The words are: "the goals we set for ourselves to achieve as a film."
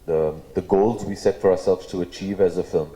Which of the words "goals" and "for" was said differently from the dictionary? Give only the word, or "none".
none